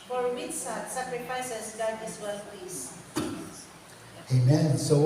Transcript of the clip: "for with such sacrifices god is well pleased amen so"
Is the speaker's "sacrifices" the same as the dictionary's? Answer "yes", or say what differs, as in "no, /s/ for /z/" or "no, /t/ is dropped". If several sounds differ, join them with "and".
no, /s/ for /z/